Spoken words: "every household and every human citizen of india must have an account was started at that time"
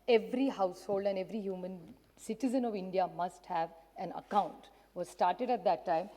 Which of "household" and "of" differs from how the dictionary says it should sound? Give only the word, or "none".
none